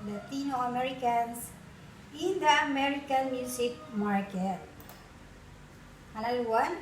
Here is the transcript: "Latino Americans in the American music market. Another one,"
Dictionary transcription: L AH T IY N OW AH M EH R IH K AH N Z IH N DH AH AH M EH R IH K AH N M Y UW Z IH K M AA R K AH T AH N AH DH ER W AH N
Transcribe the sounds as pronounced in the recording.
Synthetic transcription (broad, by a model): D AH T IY N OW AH M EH R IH K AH N S IH N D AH AH M EH R IH K AH N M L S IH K M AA R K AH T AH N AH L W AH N